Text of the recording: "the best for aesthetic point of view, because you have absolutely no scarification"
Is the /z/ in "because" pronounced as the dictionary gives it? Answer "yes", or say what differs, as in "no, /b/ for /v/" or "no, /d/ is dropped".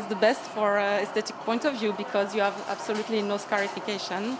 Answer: yes